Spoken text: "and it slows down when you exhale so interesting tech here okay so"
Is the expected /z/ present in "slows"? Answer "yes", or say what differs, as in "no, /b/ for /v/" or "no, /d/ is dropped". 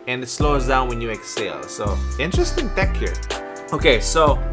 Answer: yes